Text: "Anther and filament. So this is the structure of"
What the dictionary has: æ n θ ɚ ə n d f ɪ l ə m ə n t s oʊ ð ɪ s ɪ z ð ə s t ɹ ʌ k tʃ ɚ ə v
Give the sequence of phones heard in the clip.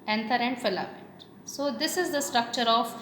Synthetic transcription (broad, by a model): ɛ n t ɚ ə n d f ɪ l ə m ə t s oʊ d ɪ s ɪ z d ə s t ɹ ʌ k tʃ ɚ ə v